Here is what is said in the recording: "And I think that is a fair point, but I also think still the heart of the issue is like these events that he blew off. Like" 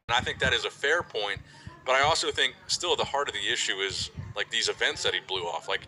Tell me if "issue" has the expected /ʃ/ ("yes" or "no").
yes